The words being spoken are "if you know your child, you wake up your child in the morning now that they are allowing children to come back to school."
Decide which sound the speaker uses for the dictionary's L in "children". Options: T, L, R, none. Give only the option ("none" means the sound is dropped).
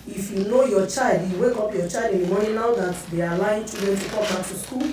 none